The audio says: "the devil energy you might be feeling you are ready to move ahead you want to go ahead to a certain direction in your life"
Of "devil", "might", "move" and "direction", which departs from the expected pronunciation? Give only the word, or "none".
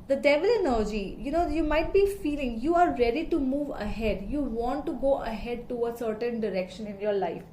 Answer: none